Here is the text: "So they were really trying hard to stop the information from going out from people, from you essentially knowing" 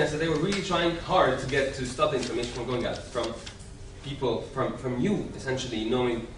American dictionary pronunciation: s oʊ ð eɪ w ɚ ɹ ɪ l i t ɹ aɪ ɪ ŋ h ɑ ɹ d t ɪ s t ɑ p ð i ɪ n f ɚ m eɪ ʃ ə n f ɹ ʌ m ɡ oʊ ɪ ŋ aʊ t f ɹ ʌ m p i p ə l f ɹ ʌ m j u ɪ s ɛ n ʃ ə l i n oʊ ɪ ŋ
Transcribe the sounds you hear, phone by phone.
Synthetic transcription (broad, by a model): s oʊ ð eɪ w ɚ ɹ ɪ l i t ɹ aɪ ɪ ŋ h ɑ ɹ d t ɪ s t ɑ p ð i ɪ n f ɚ m eɪ ə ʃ f ɹ ʌ m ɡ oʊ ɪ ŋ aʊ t f ɹ ʌ m p i p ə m f ɹ ʌ m j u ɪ s ɛ n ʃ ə l i n oʊ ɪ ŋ